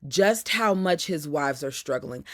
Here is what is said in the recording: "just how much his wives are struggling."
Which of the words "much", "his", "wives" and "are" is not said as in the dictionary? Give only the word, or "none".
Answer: none